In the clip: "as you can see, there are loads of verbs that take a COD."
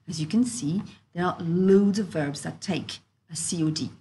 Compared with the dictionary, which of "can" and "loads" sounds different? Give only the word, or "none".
none